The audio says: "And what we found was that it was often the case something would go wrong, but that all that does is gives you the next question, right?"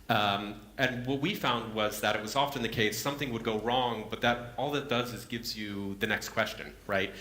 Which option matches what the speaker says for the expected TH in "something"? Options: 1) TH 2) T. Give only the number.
1